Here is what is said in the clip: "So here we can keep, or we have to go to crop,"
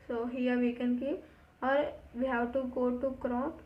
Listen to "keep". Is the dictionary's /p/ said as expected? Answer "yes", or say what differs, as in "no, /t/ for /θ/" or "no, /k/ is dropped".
no, /p/ is dropped